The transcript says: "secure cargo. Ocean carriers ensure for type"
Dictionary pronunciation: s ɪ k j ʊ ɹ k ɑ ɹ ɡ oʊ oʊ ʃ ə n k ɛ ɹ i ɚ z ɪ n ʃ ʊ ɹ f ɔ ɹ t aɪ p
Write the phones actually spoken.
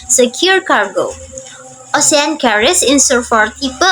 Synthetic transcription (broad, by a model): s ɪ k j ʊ ɹ k ɑ ɹ ɡ oʊ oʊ s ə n k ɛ ɹ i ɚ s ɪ n s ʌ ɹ f ɔ ɹ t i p